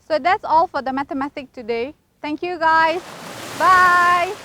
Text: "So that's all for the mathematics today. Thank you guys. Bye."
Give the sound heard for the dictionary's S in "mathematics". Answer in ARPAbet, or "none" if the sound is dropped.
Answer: none